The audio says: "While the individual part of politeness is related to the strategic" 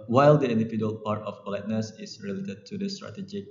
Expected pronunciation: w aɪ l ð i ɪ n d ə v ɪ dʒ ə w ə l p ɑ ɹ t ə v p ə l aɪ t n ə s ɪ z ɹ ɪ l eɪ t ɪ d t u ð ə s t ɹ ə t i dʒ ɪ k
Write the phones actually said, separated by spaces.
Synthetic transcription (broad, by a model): w aɪ l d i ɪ n d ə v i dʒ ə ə l p ɑ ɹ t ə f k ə l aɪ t n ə s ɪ s ɹ ɪ l eɪ t ɪ d t u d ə s t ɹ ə t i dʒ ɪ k